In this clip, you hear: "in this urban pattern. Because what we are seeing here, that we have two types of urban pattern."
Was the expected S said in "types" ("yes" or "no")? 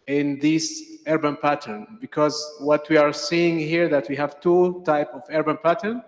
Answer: no